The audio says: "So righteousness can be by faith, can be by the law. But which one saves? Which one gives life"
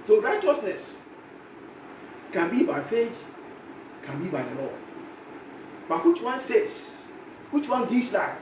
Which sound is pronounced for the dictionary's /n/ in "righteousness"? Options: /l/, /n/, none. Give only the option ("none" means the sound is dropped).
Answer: /n/